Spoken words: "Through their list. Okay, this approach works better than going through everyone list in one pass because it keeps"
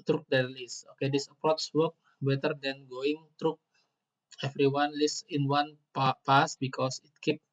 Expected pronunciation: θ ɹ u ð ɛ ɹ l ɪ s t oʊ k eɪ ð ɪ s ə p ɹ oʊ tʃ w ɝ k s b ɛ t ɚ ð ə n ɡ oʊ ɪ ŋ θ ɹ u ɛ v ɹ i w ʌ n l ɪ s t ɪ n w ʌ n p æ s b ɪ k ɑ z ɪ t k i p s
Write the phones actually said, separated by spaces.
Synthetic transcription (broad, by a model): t ɹ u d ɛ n l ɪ s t oʊ k eɪ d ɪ s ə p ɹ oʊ s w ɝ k b ɛ t ɚ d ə n ɡ oʊ ɪ ŋ t ɹ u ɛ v ɹ i w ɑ n l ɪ s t ɪ n w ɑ n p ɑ s b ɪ k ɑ s ɪ t k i p